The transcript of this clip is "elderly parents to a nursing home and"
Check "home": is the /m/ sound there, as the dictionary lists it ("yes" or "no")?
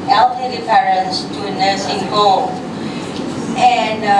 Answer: no